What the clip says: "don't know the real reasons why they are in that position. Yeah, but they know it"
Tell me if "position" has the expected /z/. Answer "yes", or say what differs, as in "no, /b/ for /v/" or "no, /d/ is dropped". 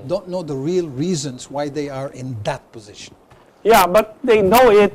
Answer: yes